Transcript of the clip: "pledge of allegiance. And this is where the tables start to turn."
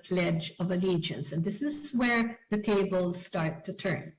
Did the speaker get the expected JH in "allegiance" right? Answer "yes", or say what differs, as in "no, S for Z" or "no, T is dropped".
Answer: yes